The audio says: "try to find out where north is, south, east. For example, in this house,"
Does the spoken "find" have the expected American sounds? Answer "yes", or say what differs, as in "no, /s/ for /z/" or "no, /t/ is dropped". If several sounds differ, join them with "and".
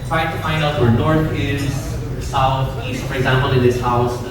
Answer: yes